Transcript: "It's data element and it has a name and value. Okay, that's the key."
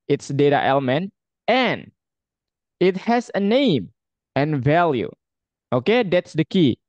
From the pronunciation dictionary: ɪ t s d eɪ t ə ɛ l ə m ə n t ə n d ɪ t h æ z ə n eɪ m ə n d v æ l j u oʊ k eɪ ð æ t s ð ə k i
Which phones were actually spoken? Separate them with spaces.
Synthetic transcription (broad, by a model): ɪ t s d eɪ t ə ɛ l ə m ə n t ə n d ɪ t h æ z ə n eɪ m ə n v æ l j u oʊ k eɪ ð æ t s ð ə k i